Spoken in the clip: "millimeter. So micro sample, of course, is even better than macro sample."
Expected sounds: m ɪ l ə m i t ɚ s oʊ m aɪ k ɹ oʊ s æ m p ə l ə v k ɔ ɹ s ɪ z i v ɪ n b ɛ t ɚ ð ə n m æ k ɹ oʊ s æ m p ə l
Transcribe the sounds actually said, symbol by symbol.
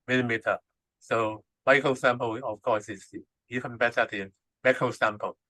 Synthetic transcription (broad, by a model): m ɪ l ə m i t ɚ s oʊ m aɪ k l s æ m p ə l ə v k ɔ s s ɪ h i f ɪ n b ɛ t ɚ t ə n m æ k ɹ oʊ s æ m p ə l